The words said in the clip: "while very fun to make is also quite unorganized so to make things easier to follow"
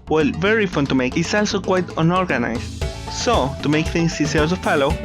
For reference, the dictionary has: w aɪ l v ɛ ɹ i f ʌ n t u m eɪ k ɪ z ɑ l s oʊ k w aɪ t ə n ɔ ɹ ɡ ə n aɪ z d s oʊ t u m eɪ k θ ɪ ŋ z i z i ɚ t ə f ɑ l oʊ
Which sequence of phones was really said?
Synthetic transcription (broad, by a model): w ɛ l v ɛ ɹ i f ʌ n t u m eɪ k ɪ s ɑ l s oʊ k w aɪ t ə n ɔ ɹ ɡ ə n aɪ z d s oʊ t u m eɪ k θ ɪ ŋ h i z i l s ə f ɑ l oʊ